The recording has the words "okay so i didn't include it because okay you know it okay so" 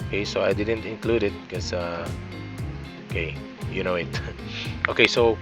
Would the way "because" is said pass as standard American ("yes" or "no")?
no